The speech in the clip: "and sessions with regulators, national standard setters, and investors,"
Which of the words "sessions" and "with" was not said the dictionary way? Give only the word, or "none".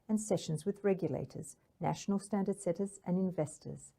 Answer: none